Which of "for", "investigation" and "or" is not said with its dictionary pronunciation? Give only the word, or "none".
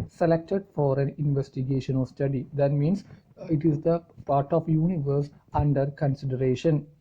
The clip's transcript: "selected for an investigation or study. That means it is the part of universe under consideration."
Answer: or